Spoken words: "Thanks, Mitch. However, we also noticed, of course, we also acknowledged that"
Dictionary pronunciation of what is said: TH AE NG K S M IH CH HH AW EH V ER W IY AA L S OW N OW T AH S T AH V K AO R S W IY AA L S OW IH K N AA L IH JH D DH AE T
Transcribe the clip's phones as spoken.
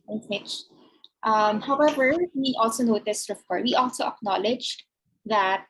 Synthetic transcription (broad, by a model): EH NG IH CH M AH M HH AW EH V ER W IY AA L S OW N OW T AH S T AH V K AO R W IY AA L S OW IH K N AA L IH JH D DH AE T